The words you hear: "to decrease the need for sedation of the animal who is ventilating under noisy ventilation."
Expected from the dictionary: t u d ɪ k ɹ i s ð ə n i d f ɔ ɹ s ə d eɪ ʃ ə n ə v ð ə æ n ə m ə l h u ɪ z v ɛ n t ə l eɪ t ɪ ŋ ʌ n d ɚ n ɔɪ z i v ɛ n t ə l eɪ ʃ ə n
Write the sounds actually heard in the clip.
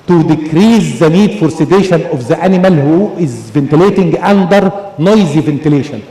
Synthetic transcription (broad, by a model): t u d ɪ k ɹ i s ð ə n i d f ɔ ɹ s ə d eɪ ʃ ə n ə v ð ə æ n ə m ə l h u ɪ z v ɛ n t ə l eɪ t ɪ ŋ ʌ n d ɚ n ɔɪ z i v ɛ n t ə l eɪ ʃ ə n